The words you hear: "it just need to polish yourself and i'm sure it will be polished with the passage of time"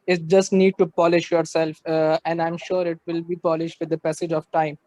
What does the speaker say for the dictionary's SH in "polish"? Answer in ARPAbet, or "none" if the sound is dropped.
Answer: SH